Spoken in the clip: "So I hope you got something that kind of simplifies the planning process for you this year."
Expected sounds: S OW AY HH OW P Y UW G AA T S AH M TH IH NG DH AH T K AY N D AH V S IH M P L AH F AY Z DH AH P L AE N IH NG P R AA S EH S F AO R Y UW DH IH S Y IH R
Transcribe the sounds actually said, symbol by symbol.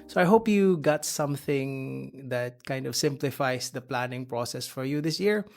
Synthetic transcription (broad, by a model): S OW AY HH OW P Y UW G AA T S AH M TH IH NG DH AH T K AY N D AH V S IH M P L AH F AY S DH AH P L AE N IH NG P R AA S EH S F AO R Y UW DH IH S Y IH R